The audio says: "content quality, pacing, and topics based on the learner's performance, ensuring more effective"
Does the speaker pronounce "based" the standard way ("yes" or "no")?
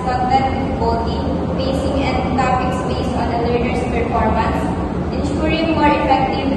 no